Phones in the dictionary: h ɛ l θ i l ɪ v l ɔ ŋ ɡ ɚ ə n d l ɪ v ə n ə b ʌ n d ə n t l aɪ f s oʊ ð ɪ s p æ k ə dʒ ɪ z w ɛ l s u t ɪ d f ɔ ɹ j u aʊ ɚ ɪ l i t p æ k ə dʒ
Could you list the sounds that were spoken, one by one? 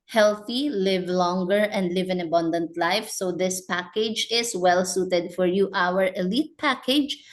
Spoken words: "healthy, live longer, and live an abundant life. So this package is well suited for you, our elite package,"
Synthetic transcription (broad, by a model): h ɛ l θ i l ɪ v l ɔ ŋ ɡ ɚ ə n d l ɪ v ə n ə b ʌ n d ə n t l aɪ f s oʊ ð ɪ s p æ k ə dʒ ɪ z w ɛ l s u t ɪ d f ɔ ɹ j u aʊ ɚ ɪ l i t p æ k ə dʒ